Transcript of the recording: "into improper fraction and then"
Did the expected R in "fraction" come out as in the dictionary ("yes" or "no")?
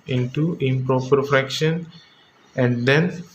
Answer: yes